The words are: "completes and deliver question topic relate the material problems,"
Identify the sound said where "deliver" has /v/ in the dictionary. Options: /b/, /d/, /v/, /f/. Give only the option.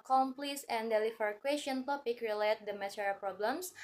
/f/